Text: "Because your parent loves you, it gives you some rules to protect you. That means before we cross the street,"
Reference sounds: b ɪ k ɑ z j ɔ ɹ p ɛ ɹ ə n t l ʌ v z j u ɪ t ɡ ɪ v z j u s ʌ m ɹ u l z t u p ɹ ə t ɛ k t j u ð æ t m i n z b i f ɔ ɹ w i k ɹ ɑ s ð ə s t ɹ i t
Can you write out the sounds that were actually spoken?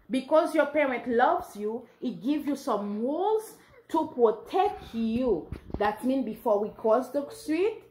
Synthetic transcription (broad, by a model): b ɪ k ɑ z j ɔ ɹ p ɛ ɹ ə n t l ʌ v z j u ɪ t ɡ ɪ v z j u s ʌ m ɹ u l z t u p ɹ ə t ɛ k t j u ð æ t m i n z b i f ɔ ɹ w i k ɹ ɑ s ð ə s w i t